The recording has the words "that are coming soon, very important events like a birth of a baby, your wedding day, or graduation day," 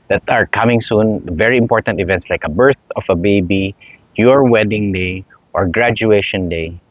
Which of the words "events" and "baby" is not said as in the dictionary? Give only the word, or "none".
none